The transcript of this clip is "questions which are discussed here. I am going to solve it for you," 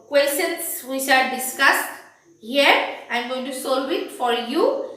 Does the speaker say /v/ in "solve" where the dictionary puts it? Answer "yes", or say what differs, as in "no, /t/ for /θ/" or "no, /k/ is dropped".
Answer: no, /w/ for /v/